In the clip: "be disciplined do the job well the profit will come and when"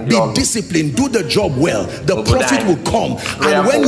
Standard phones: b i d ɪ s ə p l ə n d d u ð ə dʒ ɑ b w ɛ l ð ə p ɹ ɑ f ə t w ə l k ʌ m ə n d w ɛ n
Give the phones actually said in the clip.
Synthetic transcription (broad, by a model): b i d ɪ s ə p l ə n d d u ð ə dʒ ɑ b w ɛ l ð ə p ɹ ɑ f ə t w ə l k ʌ m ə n w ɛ n